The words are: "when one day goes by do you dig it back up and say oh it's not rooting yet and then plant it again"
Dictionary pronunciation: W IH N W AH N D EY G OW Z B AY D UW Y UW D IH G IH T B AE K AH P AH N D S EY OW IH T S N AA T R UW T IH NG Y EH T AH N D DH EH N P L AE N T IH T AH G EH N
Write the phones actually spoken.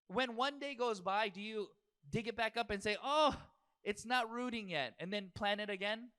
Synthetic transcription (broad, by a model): W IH N W AH N D EY G OW Z B AY D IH Y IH D IH G IH T B AE K AH P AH N S EY OW IH T S N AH T R UW T IH NG Y EH T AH N DH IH N P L AE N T IH T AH G EH N